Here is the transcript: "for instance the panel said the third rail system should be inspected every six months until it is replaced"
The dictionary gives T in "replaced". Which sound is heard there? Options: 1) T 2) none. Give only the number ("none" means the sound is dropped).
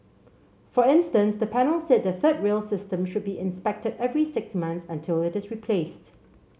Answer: 1